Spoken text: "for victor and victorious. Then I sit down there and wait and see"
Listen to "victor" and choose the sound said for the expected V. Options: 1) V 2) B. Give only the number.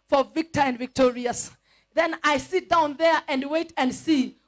1